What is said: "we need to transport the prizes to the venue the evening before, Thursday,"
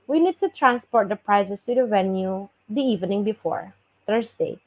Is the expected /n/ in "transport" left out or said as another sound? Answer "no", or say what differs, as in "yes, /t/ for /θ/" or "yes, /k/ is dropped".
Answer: no